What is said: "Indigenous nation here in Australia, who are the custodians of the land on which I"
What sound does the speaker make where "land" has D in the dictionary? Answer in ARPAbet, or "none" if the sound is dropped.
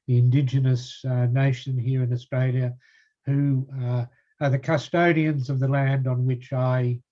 D